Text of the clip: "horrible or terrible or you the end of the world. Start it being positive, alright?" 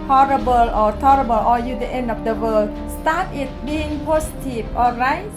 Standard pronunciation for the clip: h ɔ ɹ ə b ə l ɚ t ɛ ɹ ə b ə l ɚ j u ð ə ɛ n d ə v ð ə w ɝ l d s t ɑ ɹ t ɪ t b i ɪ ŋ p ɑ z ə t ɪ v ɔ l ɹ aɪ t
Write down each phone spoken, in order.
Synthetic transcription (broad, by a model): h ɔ ɹ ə b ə l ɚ t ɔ ɹ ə b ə l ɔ j u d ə ɛ n d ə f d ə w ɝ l s t ɑ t ɪ t b i ɪ ŋ p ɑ s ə t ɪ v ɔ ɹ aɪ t